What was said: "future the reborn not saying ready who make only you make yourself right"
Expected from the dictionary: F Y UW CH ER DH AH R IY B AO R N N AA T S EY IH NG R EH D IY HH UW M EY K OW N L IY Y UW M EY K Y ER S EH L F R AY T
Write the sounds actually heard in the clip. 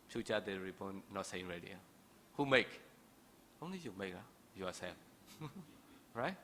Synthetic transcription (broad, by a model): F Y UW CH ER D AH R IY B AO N N AA T S EY IH NG R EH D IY HH UW M EY K OW N L IY Y UW M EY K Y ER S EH F R AY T